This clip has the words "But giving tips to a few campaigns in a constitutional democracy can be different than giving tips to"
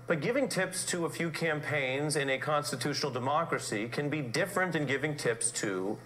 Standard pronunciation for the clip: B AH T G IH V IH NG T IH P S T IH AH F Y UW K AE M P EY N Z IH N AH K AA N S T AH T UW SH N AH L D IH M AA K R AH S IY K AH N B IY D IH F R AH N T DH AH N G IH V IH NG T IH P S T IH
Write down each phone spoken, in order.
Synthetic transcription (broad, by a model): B AH T G IH V IH NG T IH P S T IH AH F Y UW K AE M P EY N Z IH N AH K AA N S T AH T UW SH N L D IH M AA K R AH S IY K AH N B IY D IH F R AH N T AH N G IH V IH NG T IH P S T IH